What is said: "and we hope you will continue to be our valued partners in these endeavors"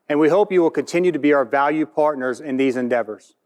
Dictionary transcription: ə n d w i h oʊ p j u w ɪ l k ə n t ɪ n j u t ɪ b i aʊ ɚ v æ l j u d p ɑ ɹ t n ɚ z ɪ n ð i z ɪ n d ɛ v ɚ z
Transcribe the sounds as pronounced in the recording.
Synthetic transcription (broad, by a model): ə n w i h oʊ p j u w ɪ l k ə n t ɪ n j u t ɪ b i aʊ ɚ v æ l j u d p ɑ ɹ t n ɚ z ɪ n ð i z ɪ n d ɛ v ɚ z